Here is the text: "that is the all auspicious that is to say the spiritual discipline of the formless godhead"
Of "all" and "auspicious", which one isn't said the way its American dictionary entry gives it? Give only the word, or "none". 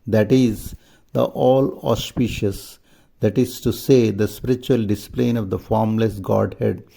none